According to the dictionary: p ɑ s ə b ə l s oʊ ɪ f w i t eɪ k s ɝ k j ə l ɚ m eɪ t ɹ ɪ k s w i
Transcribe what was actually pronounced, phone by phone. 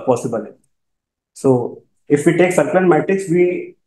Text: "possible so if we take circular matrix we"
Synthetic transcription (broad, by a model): p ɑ s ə b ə l s oʊ ɪ f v i t eɪ k s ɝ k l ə n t m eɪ t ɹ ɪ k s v i